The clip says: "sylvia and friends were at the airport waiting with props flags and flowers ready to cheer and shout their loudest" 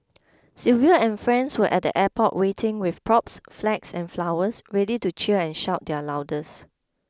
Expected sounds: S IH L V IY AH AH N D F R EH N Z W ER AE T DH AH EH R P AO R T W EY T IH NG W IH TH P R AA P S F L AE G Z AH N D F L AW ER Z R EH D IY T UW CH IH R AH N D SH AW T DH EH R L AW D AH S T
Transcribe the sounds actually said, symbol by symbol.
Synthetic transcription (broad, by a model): S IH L V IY AH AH N F R EH N S W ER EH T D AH EH P AO T W EY T IH NG W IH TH P R AA P S F L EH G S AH N F L AW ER S R EH D IY T UW CH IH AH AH N SH AW T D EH L AW D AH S